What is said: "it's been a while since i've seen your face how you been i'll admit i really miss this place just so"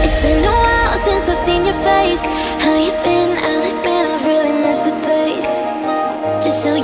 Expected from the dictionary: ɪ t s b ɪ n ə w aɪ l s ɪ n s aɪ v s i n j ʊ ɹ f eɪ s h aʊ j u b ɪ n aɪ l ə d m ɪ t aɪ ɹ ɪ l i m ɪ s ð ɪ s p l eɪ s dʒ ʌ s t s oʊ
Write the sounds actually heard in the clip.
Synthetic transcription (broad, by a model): ɪ t s b ɪ n ə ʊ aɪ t s ɪ n s aɪ v s i n j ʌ ɹ f eɪ s h aʊ j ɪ b ɪ n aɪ n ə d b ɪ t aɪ ɹ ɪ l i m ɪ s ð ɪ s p eɪ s dʒ ʌ s t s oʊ